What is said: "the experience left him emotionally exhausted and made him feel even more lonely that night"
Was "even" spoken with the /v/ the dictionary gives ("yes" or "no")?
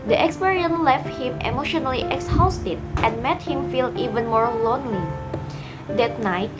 yes